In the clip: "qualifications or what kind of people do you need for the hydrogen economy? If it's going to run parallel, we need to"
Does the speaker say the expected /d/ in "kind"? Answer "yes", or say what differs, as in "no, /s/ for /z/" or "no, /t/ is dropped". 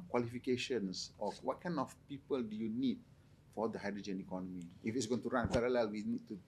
no, /d/ is dropped